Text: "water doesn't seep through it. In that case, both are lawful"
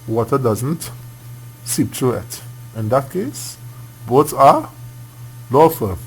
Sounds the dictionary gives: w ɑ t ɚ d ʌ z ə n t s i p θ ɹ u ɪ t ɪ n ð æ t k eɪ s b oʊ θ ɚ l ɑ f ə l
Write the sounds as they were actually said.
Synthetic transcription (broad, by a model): w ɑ t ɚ d ʌ z ə n t s i p t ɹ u ɪ t ɪ n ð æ t k eɪ s b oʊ s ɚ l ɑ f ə